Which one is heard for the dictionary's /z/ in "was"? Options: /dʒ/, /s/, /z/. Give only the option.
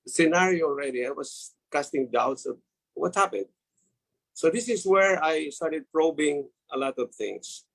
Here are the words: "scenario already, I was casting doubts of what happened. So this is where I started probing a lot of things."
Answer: /s/